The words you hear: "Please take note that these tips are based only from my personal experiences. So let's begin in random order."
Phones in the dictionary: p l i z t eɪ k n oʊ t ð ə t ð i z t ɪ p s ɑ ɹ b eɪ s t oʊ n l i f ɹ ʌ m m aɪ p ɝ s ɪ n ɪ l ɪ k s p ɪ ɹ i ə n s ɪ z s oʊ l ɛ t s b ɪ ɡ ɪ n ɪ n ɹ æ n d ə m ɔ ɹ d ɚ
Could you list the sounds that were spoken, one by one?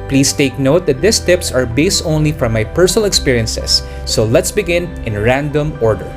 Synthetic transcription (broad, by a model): p l i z t eɪ k n oʊ t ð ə t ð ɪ s t ɪ p s ɑ ɹ b eɪ s t oʊ n l i f ɹ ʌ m m aɪ p ɝ s ɪ n ɪ l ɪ k s p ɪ ɹ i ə n s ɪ s oʊ l ɛ t s b ɪ ɡ ɪ n ɪ n ɹ æ n d ə m ɔ ɹ d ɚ